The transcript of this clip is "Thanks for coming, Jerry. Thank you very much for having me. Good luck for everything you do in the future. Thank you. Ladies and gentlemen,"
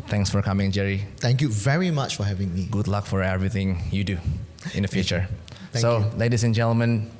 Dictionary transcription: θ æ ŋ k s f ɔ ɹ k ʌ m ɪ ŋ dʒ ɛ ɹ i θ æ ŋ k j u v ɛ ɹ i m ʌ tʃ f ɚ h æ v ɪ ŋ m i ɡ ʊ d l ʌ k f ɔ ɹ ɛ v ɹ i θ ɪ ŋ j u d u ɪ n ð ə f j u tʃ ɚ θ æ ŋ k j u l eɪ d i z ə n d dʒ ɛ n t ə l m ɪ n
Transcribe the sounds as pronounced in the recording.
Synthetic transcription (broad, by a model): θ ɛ ŋ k s f ɔ ɹ k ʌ m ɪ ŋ dʒ ɛ ɹ i t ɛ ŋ k j u v ɛ ɹ i m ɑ tʃ f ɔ h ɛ v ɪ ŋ m i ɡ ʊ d l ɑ k f ɔ ɹ ɛ v ɹ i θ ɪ ŋ j u d u ɪ n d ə f j u tʃ ɚ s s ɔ l eɪ d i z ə n dʒ ɛ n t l m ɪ n